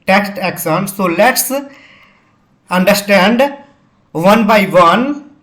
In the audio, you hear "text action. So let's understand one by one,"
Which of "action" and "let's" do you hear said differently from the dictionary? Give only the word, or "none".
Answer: action